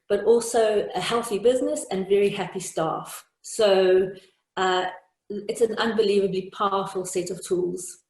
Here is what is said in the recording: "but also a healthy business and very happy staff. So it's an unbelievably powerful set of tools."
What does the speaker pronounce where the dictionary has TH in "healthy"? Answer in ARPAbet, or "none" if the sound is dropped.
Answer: TH